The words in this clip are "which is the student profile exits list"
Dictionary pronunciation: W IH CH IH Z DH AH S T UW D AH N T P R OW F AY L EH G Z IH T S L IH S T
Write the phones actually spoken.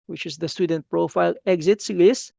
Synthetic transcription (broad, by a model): W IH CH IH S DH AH S T UW D AH N T P R OW F AY L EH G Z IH T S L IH S